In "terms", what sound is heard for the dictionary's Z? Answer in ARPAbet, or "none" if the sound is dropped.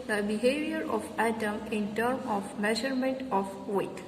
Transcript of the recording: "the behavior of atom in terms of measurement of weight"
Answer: none